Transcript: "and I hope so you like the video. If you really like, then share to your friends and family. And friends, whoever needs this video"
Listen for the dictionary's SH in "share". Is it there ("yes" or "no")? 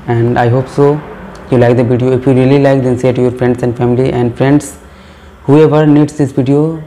no